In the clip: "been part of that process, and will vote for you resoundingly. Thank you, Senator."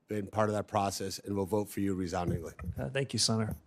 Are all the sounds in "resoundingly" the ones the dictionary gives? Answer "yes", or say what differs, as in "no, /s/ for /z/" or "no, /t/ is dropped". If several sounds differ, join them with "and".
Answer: yes